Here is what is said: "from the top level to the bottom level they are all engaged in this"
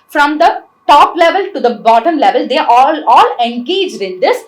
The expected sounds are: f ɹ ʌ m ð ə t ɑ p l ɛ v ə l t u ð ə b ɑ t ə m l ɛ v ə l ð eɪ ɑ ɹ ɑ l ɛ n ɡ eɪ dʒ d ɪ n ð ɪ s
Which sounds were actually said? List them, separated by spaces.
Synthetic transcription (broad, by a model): f ɹ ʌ m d ə t ɑ p l ɛ v ə l t u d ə b ɑ t ə m l ɛ v ə l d eɪ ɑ l ɑ l ɛ n ɡ eɪ dʒ d ɪ n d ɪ s